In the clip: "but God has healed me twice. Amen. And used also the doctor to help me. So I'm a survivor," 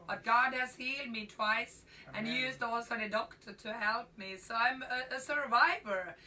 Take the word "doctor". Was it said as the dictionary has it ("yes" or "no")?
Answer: yes